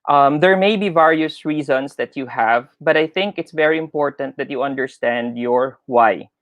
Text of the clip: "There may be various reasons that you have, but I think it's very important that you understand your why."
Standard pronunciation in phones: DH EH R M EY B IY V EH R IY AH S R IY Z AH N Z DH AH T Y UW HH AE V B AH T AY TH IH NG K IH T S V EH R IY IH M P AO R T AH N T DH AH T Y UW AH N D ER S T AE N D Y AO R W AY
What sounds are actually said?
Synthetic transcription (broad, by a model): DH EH R M EY B IY V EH R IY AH S R IY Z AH N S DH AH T Y UW HH AE V B AH T AY TH IH NG K IH T S V EH R IY IH M P AO R T AH N T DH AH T Y UW AH N D ER S T AE N D Y AO R W AY